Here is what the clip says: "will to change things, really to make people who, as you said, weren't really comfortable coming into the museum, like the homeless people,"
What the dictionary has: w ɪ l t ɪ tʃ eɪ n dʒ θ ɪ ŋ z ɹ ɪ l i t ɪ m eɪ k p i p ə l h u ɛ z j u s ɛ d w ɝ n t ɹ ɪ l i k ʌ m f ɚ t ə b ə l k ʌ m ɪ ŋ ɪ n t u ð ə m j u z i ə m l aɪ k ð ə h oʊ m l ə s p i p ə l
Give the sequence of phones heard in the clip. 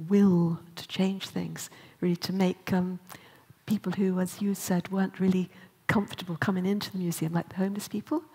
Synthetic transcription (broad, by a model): w ɪ l t ɪ tʃ eɪ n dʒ θ ɪ ŋ z ɹ ɪ l i t ɪ m eɪ k p i p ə l h u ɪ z j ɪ s ɛ d w ɝ n t ɹ ɪ l i k ʌ m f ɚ t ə b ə l k ʌ m ɪ ŋ ɪ n t u ð ə m j u z i ə m l aɪ k ð ə h oʊ m l ə s p i p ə l